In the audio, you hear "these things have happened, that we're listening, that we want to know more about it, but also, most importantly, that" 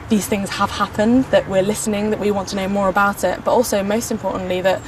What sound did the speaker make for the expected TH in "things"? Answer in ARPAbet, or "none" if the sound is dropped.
TH